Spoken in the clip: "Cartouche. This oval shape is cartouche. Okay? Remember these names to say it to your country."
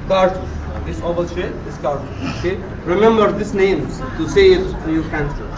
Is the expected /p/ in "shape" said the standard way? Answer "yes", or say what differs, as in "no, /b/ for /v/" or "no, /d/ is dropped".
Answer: no, /p/ is dropped